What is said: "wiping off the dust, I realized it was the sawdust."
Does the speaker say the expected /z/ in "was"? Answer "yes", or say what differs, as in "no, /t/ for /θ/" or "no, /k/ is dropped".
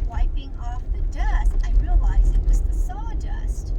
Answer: yes